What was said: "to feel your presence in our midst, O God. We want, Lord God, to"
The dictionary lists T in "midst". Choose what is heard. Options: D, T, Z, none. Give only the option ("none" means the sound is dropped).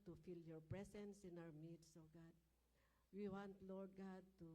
none